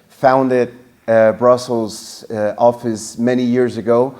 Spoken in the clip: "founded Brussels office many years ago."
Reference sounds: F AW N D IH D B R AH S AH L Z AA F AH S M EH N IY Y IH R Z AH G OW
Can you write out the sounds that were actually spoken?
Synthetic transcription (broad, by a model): F AW N D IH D B R AH S L Z AA F AH S M EH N IY Y IH R Z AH G OW